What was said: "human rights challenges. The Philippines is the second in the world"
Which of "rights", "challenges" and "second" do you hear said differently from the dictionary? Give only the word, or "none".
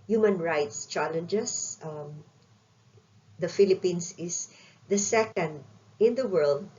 challenges